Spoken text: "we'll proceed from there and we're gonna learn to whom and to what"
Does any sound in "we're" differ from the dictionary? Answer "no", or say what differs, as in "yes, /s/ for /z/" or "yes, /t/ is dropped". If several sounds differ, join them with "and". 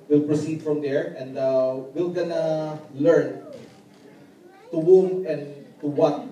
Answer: yes, /l/ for /ɹ/